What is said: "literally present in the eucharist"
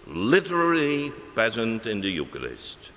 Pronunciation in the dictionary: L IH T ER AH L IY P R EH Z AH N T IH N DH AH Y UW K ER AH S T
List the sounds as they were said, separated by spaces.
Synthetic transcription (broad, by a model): L IH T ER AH L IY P EH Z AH N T IH N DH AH Y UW K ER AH S T